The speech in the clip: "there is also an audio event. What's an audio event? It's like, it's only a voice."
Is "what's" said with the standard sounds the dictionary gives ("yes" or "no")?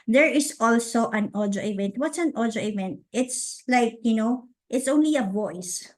yes